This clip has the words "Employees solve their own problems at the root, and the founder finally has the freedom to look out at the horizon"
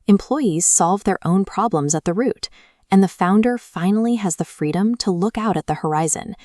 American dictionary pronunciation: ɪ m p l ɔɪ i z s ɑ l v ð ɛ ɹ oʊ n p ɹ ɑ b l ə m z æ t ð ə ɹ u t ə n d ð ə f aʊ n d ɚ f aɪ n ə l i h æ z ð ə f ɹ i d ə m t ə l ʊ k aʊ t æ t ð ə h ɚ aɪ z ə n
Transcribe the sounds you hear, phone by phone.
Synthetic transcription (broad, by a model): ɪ m p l ɔɪ i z s ɑ l v ð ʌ ɹ oʊ n p ɹ ɑ b l ə m z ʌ t ð ə ɹ u t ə n ð ə f aʊ n d ɚ f aɪ n l i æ z ð ə f ɹ i d ə m t ə l ʊ k aʊ t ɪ t ð ə h ɚ aɪ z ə n